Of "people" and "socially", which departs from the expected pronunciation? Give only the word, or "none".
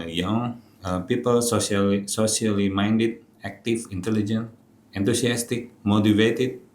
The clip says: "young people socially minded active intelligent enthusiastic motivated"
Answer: socially